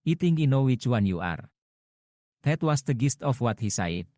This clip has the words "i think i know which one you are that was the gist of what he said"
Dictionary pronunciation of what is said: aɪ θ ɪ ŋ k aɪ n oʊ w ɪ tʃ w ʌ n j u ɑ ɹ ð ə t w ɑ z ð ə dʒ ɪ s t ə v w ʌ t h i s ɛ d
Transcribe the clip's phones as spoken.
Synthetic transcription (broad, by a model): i t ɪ ŋ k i n oʊ w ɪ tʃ w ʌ n j u ɑ ɹ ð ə t w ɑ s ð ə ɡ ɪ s t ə f w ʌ t h i s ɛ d